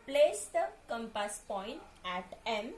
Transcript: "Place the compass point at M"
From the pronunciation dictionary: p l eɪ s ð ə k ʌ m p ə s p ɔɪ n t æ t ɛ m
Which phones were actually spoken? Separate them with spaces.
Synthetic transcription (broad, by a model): p l eɪ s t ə k ʌ m p ə s p ɔɪ n t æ t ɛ m